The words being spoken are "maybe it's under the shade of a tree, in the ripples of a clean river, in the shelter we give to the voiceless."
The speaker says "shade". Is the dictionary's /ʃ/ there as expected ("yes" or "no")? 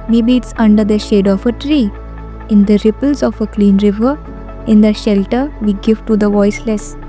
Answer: yes